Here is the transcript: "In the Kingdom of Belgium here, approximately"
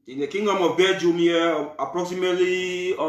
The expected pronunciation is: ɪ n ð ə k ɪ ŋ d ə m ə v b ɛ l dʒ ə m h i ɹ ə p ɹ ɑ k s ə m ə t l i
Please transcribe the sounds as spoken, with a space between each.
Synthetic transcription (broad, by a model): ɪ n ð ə k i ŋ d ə m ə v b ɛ dʒ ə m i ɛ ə p ɹ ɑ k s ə m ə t l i